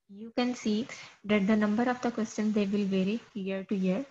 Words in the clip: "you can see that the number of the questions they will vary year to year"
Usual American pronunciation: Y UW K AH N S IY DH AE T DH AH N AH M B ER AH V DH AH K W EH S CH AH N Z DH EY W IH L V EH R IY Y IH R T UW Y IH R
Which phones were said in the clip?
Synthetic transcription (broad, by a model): Y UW K AH N S IY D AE T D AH N AH M B ER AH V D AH K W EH S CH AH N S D EY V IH L V EH R IY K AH R T UW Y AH R